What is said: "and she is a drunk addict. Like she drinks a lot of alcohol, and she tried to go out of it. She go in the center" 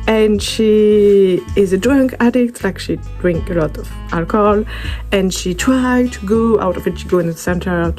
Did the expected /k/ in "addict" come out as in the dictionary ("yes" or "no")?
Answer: yes